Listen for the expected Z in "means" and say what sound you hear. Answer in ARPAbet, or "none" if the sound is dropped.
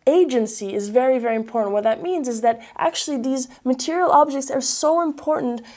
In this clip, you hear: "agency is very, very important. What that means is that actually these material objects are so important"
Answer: Z